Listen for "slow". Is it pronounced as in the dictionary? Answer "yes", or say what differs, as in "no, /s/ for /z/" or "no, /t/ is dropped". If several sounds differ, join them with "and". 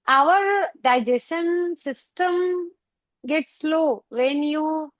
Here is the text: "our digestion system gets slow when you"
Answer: yes